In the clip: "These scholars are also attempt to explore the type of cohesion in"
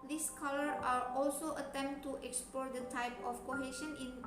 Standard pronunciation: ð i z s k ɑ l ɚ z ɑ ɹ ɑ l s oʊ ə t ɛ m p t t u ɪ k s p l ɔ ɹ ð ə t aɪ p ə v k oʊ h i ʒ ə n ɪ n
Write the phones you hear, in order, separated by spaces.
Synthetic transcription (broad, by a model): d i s k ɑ l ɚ ɑ ɹ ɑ l s oʊ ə t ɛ m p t t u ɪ k s p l ɔ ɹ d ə t aɪ p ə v k oʊ h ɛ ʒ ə n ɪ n